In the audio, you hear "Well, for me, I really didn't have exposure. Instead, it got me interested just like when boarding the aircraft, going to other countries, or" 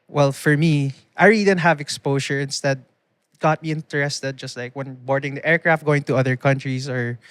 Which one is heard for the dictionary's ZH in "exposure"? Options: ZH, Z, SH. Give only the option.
SH